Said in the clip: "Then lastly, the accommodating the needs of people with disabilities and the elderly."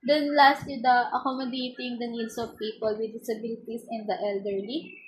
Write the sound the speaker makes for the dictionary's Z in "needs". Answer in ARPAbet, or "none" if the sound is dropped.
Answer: S